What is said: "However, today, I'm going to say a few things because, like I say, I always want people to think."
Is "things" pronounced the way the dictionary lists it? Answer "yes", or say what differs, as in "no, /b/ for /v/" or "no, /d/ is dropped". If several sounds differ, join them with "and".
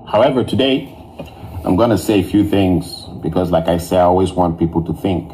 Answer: yes